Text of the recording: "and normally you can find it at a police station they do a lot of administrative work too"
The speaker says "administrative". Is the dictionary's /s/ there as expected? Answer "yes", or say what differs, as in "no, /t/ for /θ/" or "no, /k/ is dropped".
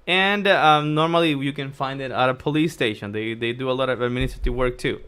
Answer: no, /s/ is dropped